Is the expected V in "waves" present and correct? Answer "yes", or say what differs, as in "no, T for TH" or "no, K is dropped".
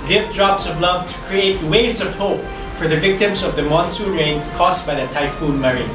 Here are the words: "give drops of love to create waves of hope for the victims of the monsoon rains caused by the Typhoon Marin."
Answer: no, V is dropped